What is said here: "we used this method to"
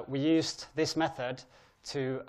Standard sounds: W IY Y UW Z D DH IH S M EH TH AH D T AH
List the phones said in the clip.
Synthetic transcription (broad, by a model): W IY Y UW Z DH IH S M EH TH AH D T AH